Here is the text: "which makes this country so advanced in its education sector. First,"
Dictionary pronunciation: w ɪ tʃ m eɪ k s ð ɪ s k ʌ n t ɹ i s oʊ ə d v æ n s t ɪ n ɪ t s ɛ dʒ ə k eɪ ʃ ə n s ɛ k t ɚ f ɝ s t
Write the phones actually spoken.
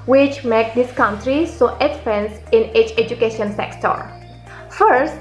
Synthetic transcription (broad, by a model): w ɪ tʃ m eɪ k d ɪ s k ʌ n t ɹ i s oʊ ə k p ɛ n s ɪ n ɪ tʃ ɛ dʒ ə k eɪ ʃ ə n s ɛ k t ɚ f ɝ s